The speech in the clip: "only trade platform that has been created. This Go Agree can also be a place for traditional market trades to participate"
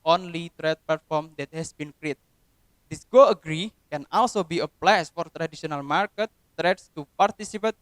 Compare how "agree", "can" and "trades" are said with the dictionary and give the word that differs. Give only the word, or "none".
trades